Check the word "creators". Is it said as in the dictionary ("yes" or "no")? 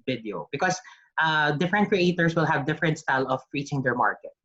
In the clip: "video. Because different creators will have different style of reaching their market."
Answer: no